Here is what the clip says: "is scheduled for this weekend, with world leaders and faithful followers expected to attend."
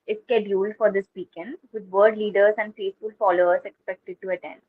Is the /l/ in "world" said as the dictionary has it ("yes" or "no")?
no